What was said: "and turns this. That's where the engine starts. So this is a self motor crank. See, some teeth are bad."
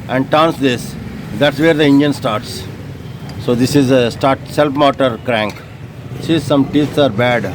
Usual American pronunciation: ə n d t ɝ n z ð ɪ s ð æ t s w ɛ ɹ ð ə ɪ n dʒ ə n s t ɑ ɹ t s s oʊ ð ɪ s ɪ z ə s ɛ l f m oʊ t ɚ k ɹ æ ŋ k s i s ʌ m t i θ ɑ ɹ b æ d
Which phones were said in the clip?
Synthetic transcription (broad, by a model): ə n d t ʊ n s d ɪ s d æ t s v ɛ ɹ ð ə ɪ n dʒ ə n s t ɑ ɹ t s s oʊ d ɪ s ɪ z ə s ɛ l p m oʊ t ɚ k ɹ æ ŋ k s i s ʌ m t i s ɑ ɹ b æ d